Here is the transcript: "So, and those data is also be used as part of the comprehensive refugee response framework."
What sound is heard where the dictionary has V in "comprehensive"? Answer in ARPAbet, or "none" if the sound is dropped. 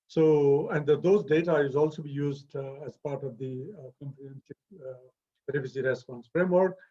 B